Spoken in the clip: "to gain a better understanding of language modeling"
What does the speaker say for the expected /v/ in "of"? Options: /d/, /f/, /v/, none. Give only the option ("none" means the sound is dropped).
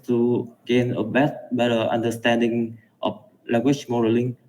/f/